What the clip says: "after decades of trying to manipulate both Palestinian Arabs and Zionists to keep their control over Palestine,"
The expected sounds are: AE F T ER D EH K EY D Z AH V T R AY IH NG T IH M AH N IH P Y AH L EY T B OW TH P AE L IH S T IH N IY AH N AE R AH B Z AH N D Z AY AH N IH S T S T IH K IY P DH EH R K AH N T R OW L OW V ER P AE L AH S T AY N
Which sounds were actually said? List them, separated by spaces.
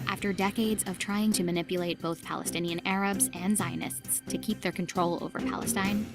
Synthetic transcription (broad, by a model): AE F T ER D EH K EY D Z AH V T R AY IH NG T IH M AH N IH P Y AH L EY T B OW TH P AE L IH S T IH N IY AH N AE R AH B Z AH N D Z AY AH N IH S T S T IH K IY P DH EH R K N T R OW L OW V ER P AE L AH S T AY N